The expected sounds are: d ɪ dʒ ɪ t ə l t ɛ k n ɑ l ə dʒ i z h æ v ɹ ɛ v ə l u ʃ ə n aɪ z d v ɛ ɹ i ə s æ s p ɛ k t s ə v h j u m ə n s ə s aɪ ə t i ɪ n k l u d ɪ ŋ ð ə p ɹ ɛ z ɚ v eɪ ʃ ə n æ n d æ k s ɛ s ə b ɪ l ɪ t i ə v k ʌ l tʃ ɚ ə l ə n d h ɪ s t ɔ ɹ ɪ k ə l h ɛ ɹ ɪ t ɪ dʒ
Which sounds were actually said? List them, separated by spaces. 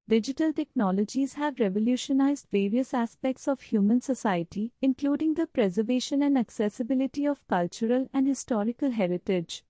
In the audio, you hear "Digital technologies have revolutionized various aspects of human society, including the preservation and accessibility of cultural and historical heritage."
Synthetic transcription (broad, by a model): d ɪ dʒ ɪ t ə l t ɛ k n ɑ l ə dʒ i z h æ v ɹ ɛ v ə l u ʃ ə n aɪ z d v ɛ ɹ i ə s æ s p ɛ k t s ə v h j u m ə n s ə s aɪ ə t i ɪ n k l u d ɪ ŋ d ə p ɹ ɛ z ɚ v eɪ ʃ ə n æ n d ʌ k s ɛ s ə b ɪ l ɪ t i ə v k ʌ l tʃ ɚ ə l ə n d h ɪ s t ɔ ɹ ɪ k ə l h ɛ ɹ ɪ t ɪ dʒ